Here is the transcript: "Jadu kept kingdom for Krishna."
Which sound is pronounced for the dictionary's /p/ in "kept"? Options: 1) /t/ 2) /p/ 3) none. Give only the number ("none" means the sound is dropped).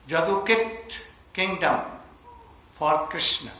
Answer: 3